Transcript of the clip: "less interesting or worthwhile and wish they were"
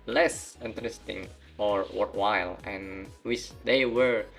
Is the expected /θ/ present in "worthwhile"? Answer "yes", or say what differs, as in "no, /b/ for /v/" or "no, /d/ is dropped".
no, /t/ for /θ/